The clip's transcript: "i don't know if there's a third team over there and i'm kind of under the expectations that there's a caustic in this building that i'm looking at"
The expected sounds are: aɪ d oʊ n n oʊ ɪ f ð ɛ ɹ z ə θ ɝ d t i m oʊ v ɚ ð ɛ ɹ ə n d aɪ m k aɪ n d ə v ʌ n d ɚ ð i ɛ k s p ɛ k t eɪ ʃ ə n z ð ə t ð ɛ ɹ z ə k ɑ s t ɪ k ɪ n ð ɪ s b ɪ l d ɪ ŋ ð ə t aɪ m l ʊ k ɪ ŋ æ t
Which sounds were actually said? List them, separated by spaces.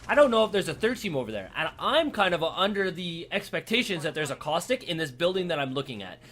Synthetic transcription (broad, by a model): aɪ d oʊ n n oʊ ɪ f ð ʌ ɹ z ə θ ɝ d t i m oʊ v ɚ ð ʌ ɹ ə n aɪ m k aɪ n d ə v ʌ n d ɚ ð i ɛ k s p ɛ k t eɪ ʃ ə n z ð ə t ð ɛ ɹ z ə k ɑ s t ɪ k ɪ n ð ɪ s b ɪ l d ɪ ŋ ð ə t aɪ m l ʊ k ɪ ŋ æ t